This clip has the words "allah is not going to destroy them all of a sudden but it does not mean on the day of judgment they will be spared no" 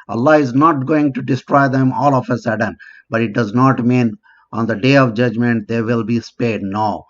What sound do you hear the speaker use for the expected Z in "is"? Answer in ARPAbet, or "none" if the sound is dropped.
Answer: Z